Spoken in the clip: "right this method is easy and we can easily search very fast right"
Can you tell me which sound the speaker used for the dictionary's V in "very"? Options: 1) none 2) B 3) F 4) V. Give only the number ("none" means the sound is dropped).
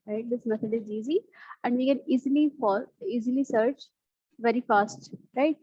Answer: 4